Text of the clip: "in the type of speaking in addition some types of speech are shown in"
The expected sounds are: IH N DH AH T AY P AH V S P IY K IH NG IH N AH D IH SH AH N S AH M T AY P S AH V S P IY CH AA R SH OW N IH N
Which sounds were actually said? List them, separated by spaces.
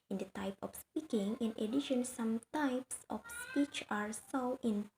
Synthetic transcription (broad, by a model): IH N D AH T AY P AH F S P IY K IH NG IH N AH D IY SH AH N S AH M T AY P S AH F S P IY CH AA R S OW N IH N